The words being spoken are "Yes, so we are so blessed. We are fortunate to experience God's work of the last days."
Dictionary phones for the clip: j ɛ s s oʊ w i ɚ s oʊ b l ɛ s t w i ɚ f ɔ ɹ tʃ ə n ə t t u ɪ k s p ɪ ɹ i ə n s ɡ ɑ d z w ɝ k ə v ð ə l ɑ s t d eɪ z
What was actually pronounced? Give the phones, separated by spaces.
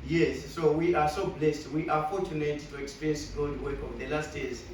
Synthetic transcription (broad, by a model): j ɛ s s oʊ w i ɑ s oʊ b l ɛ s t w i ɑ f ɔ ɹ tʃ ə n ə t t u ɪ k s p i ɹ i n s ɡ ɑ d w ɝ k ə v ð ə l ɑ s t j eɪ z